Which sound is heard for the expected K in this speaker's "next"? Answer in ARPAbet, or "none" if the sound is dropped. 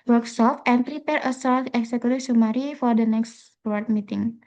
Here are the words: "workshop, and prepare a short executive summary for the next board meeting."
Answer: K